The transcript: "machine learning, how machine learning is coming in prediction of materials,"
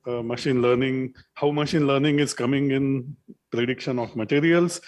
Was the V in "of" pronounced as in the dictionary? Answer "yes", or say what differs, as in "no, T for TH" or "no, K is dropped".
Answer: no, F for V